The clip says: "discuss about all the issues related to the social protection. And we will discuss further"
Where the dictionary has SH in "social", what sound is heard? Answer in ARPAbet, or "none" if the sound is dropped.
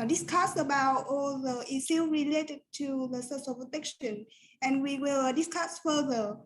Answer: S